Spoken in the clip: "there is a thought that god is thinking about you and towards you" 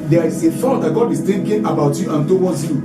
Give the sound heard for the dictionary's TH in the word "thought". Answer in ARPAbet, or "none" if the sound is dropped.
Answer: F